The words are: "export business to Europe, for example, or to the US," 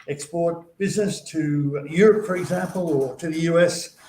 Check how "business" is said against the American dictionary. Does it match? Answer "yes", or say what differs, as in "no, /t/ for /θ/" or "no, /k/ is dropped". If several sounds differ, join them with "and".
yes